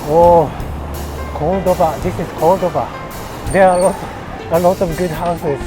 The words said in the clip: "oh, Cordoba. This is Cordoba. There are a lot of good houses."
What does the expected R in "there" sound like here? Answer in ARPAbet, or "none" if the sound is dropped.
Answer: L